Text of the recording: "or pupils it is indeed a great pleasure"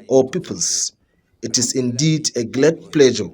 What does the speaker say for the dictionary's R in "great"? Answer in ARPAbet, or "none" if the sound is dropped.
L